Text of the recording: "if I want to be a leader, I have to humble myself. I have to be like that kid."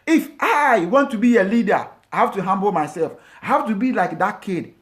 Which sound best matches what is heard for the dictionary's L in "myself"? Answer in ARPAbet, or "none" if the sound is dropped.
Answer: L